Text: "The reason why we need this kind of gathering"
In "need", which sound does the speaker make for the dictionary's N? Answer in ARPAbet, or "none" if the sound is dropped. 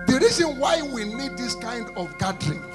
L